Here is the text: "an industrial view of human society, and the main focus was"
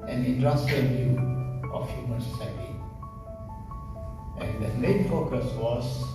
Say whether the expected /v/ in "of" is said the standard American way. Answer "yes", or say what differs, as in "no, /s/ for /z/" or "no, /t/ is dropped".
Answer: no, /f/ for /v/